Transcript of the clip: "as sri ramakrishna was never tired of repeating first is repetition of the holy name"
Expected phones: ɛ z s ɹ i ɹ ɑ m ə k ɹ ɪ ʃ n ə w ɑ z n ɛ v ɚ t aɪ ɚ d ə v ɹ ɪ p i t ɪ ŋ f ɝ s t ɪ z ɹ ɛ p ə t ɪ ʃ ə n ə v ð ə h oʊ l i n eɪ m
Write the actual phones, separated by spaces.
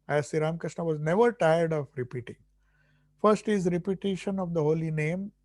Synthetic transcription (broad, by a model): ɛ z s i ɹ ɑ m k ɹ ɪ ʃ n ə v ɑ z n ɛ v ɚ t aɪ ɚ d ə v ɹ ɪ p i t ɪ ŋ f ɝ s t ɪ z ɹ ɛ p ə t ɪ ʃ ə n ə v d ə h oʊ l i n eɪ m